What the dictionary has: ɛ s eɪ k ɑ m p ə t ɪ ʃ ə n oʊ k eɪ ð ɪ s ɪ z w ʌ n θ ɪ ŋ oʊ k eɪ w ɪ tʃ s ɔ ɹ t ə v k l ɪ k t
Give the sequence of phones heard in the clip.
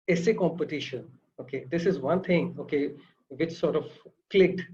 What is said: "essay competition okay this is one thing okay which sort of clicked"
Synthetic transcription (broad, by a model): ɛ s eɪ k ɑ m p ə t ɪ ʃ ə n oʊ k eɪ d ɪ s ɪ z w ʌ n t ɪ ŋ oʊ k eɪ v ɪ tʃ s ɔ ɹ t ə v k l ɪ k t